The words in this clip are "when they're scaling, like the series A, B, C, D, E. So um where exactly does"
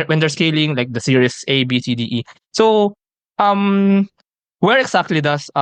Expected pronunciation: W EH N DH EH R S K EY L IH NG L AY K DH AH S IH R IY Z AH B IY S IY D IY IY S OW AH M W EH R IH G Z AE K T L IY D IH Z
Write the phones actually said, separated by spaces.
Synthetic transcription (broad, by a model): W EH N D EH R S K EY L IH NG L AY K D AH S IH R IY S AH B IY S IY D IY IY S OW AH M W EH R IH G S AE K T L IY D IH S